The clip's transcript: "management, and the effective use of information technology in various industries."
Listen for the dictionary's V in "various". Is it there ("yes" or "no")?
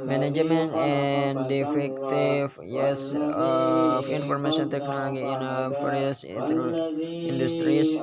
no